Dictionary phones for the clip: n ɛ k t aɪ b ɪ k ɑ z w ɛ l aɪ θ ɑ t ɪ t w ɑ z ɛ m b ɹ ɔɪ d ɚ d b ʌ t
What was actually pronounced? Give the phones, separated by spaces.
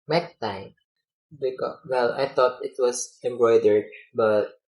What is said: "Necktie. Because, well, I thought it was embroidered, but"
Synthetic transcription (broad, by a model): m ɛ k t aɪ b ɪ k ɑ w ɛ l aɪ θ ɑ t ɪ t w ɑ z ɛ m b ɹ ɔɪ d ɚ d b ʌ t